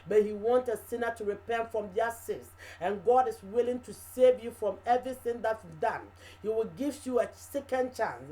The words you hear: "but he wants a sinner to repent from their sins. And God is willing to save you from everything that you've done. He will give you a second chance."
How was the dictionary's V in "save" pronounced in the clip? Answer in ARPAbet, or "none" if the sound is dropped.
V